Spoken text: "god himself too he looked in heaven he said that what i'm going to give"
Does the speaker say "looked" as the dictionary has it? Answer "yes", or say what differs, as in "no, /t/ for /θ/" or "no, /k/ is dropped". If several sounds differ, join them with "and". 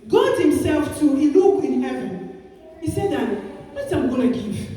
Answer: no, /t/ is dropped